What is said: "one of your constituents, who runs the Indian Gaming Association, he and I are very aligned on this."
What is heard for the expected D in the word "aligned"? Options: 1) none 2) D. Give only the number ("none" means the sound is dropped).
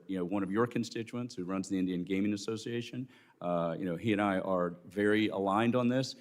2